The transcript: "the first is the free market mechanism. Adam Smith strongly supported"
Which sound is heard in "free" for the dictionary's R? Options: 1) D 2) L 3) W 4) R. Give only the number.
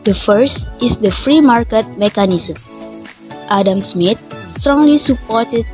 4